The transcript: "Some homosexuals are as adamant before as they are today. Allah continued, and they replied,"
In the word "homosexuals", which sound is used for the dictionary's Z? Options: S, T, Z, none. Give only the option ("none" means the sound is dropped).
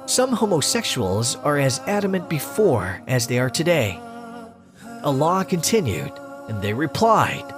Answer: Z